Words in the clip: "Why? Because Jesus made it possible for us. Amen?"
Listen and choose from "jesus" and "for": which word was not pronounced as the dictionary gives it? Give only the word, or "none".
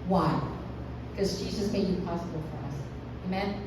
none